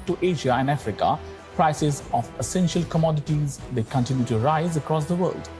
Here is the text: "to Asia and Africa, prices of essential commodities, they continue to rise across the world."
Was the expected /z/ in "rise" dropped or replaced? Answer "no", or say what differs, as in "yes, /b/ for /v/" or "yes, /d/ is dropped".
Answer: no